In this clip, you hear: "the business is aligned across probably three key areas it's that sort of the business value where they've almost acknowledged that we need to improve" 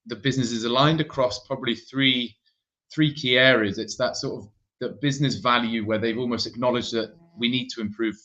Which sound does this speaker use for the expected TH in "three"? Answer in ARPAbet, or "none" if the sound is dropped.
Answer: TH